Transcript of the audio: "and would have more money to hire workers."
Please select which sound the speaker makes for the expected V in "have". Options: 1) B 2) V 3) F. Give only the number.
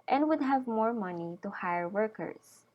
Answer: 2